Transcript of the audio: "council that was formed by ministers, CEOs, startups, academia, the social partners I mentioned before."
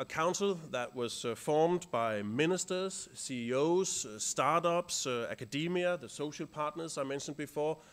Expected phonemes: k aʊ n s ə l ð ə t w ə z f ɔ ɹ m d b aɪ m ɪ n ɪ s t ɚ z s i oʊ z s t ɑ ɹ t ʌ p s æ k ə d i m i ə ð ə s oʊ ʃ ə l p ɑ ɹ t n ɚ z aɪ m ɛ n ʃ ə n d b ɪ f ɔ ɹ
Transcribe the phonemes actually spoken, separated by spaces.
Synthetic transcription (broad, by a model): k aʊ n s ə l ð ə t w ə z f ɔ ɹ m d b aɪ m ɪ n ɪ s t ɚ z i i oʊ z s t ɑ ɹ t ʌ p s æ k ə d i m i ə ð ə s oʊ ʃ ə l p ɑ ɹ t n ɚ z aɪ m ɛ n ʃ ə n d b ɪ f ɔ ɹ